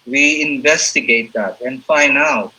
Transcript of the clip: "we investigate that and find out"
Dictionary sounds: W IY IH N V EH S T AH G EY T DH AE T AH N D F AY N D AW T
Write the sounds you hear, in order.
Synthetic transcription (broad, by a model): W IY IH N V EH S T AH G EY T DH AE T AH N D F AY N AW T